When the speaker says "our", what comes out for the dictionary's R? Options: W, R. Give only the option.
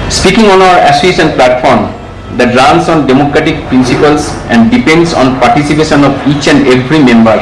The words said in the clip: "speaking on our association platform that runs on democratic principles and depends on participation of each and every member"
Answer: W